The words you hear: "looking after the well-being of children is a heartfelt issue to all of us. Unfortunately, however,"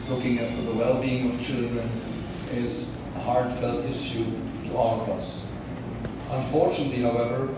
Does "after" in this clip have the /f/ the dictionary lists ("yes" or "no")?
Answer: no